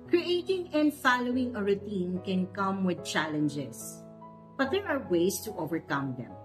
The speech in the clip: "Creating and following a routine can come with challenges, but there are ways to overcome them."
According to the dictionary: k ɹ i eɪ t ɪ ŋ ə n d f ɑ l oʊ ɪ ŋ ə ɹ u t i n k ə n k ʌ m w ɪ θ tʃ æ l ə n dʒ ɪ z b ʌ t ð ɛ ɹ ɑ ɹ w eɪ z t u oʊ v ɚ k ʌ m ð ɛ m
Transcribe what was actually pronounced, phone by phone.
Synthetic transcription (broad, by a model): k ɹ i eɪ t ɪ ŋ ə n d f ɑ l oʊ ɪ ŋ ə ɹ u t i n k ə n k ʌ m w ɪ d tʃ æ l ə n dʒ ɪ s b ʌ t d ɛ ɹ ɑ ɹ w eɪ s t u oʊ v ɚ k ʌ m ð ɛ m